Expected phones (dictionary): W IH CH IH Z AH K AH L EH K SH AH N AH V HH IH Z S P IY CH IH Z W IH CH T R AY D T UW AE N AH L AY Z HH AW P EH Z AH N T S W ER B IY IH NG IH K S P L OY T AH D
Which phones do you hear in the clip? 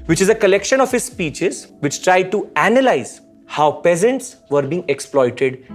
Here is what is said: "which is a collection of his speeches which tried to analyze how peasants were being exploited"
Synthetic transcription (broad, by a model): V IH CH IH Z AH K AH L EH K SH AH N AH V HH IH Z S P IY CH IH Z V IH CH T R AY D T UW AE N AH L AY Z HH AW P EH Z AH N T S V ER B IY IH NG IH K S P L OY T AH D